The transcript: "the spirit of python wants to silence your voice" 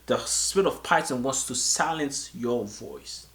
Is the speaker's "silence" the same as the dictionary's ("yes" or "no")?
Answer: yes